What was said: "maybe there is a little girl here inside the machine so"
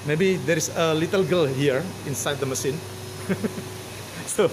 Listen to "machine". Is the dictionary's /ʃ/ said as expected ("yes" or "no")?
no